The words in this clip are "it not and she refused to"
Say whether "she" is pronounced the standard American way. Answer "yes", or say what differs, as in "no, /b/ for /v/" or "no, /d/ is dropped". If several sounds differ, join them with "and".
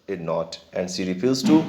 no, /s/ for /ʃ/